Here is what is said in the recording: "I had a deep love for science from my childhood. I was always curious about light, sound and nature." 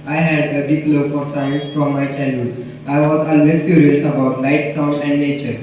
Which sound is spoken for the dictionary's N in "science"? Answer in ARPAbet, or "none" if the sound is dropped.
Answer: N